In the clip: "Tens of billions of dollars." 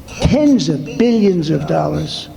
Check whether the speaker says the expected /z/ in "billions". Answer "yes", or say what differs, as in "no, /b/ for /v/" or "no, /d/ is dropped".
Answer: yes